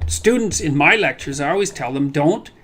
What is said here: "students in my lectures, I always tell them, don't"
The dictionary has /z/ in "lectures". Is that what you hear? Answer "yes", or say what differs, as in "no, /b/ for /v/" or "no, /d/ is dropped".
yes